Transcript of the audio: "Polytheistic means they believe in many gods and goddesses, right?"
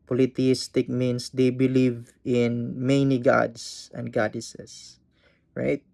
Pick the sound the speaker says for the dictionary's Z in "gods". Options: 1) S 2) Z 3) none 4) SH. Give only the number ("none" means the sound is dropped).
1